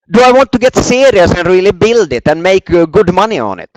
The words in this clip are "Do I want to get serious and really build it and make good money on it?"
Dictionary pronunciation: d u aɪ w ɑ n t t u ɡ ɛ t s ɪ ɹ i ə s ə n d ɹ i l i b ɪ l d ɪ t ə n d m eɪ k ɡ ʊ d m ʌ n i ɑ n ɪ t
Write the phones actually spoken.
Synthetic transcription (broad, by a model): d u aɪ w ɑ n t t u ɡ ɛ t s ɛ ɹ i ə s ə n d ɹ i l i b ɪ l d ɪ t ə n m eɪ k ɡ ʊ d m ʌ n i ɑ n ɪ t